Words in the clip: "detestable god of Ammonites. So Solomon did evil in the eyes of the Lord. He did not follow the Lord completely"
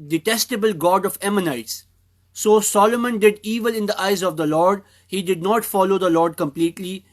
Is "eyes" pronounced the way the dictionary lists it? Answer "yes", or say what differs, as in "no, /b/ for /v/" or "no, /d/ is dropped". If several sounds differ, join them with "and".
yes